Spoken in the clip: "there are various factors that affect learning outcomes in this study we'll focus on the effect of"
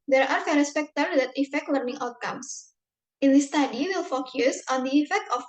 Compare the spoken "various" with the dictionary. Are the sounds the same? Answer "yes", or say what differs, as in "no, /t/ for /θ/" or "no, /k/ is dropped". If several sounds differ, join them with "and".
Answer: no, /f/ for /v/